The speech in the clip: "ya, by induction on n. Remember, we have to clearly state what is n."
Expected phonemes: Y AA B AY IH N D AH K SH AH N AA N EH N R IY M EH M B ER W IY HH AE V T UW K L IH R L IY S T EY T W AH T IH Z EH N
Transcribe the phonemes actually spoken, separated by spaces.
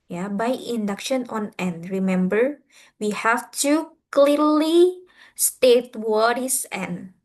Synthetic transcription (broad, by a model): Y AA B AY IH N D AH K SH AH N AA N EH N R IY M EH M B ER W IY HH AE F T UW K L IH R L IY S T EY T W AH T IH S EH N